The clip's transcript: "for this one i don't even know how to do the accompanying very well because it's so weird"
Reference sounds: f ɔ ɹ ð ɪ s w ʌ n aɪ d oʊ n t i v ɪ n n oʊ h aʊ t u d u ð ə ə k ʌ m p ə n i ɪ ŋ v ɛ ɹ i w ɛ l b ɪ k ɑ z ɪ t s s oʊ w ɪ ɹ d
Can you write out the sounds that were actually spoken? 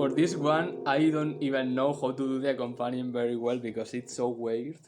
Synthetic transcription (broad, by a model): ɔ ɹ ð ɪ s w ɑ n aɪ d oʊ n t i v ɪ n n oʊ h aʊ t u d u ð ə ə k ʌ m p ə n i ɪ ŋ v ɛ ɹ i w ɛ l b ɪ k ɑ s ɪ t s s oʊ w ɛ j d